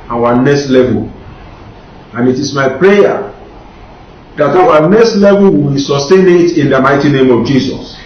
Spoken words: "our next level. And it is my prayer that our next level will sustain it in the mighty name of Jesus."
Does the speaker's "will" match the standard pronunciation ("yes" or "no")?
no